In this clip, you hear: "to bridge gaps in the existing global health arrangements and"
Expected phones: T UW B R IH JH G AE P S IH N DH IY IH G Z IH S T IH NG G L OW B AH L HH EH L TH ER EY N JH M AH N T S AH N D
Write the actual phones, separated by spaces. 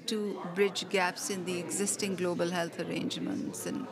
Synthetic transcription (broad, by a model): T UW B R IH JH G AE P S IH N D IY IH G Z IH S T IH NG G L OW B AH L HH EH L T ER EY N JH M AH N T S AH N